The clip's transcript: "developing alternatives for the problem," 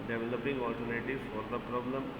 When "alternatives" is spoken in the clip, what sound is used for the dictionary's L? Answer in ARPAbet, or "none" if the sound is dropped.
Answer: none